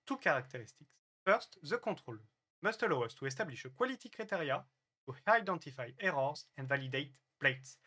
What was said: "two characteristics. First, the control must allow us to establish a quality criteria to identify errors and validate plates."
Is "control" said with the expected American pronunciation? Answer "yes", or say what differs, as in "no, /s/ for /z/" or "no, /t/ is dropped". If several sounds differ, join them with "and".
no, /n/ is dropped